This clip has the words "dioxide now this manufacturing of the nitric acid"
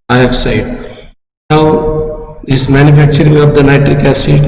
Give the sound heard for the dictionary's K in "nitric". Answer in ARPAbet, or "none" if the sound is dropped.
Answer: K